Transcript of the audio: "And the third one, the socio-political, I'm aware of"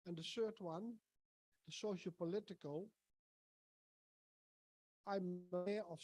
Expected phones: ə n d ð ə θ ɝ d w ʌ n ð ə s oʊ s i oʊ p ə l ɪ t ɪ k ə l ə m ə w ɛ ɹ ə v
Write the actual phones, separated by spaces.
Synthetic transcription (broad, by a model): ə n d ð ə s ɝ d w ʌ n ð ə s oʊ ʃ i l p ə l ɪ t ɪ k ə l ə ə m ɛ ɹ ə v